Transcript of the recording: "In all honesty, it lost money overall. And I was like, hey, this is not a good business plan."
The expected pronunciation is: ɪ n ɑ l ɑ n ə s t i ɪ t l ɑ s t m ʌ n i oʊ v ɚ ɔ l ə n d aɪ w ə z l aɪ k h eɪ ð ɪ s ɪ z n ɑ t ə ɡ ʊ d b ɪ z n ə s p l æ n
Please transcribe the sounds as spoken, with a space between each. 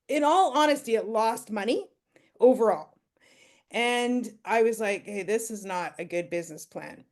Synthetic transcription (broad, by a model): ɪ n ɑ l ɑ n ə s t i ɪ t l ɑ s t m ʌ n i oʊ v ɚ ɔ l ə n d aɪ w ə z l aɪ k h eɪ ð ɪ s ɪ z n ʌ t ə ɡ ʊ d b ɪ z n ə s p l æ n